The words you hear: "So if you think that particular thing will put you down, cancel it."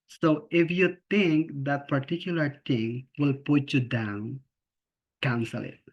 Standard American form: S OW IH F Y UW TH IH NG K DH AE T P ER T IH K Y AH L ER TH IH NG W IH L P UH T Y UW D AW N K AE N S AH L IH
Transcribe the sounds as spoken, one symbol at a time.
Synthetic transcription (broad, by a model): S OW IH F Y UW T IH NG K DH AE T P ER T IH K Y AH L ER T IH NG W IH L P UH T Y UW D AW N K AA N S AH L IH